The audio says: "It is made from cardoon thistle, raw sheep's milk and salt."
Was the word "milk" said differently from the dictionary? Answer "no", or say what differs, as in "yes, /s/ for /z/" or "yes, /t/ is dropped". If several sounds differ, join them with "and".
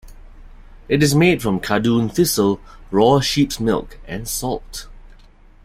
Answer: no